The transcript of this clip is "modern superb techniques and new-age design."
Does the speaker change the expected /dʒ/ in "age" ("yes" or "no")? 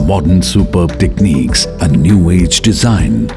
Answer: no